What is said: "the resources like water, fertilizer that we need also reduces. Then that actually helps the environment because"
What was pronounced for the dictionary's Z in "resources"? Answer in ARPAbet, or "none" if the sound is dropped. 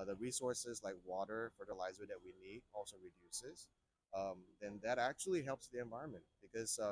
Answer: Z